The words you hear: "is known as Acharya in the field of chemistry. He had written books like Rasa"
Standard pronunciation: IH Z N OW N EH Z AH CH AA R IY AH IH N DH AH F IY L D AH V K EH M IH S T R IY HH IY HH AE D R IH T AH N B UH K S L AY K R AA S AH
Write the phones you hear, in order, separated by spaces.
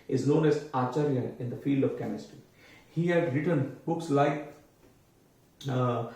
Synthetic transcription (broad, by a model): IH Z N OW N EH Z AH CH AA R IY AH IH N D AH F IY L D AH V K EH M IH S T R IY HH IY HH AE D R IH T AH N B UH K S L AY K